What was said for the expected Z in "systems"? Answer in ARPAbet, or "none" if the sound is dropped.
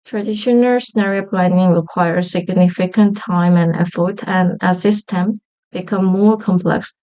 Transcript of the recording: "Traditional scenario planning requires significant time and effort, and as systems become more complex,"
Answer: none